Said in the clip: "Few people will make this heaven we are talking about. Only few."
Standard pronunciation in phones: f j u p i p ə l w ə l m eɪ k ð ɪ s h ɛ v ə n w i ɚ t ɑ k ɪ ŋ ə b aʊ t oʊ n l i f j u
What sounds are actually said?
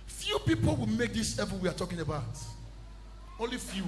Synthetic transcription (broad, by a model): f j u p i p ə l w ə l m eɪ k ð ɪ s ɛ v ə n w i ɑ t ɑ k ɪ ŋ ə b aʊ t oʊ n l i f j u